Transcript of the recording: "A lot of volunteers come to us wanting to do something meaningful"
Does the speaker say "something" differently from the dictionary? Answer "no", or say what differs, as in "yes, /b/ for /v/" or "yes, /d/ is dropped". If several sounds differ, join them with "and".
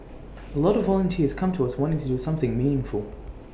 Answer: no